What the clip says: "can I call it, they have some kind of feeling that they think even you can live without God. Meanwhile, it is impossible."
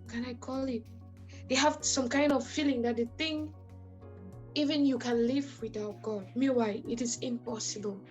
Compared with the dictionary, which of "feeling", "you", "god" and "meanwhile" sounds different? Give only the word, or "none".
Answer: meanwhile